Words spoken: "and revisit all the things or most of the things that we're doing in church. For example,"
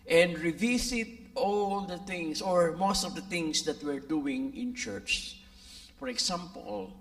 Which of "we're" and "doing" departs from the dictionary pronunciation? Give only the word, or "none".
none